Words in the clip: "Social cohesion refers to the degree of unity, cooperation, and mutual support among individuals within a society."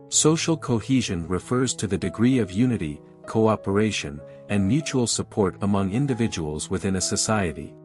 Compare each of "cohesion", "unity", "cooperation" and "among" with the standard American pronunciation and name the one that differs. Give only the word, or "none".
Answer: none